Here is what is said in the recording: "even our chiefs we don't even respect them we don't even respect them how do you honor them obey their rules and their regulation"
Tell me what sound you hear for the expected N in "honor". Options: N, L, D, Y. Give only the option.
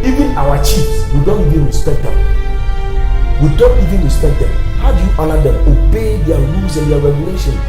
L